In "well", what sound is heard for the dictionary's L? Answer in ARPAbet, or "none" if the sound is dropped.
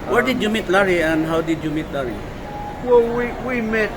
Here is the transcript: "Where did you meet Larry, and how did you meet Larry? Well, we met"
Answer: W